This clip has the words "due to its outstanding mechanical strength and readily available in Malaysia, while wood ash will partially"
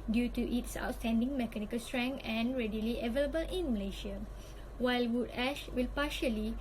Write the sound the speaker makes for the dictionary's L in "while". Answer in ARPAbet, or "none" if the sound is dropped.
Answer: L